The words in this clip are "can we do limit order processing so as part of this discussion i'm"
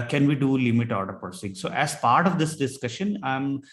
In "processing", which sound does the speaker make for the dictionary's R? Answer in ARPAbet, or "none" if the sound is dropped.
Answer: none